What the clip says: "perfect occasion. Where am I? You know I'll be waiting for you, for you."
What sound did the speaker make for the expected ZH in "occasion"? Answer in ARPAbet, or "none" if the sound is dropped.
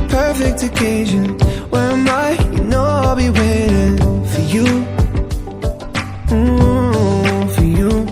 ZH